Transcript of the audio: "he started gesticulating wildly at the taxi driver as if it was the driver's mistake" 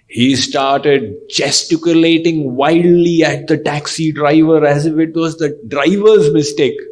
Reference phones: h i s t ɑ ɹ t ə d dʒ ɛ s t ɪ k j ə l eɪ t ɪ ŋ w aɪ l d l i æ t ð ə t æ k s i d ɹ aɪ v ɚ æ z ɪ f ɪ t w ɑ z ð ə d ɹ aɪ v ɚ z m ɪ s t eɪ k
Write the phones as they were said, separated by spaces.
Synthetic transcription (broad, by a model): h i s t ɑ ɹ t ə d dʒ ɛ s t ɪ k j ə l eɪ t ɪ ŋ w aɪ d l i æ t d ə t æ k s i d ɹ aɪ v ɚ æ z ɪ f ɪ t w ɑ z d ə d ɹ aɪ v ɚ z m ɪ s t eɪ k